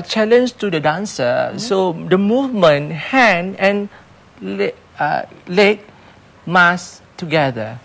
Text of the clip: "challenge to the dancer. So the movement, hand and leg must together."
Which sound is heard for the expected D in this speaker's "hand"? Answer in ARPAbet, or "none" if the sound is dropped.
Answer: none